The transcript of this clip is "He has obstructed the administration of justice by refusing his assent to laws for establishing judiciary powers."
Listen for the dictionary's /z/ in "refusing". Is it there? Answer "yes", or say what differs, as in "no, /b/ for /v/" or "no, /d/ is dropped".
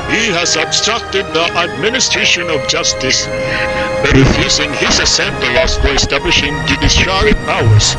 no, /s/ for /z/